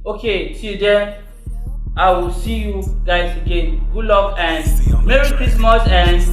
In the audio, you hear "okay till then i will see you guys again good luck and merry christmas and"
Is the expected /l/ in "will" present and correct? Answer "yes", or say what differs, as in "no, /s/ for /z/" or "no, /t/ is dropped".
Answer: yes